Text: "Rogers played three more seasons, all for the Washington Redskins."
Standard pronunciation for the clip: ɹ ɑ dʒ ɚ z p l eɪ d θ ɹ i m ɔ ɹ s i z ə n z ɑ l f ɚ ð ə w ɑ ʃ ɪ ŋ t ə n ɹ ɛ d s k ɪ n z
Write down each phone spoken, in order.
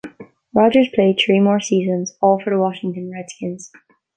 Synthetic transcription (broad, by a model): ɹ ɑ dʒ ɚ z p l eɪ d θ ɹ i m ɔ ɹ s i z ə n z ɑ l f ɚ ð ə w ɑ ʃ ɪ ŋ t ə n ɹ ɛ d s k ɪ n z